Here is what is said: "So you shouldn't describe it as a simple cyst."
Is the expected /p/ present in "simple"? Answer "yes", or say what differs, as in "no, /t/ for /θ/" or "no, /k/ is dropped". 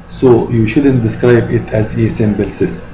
no, /b/ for /p/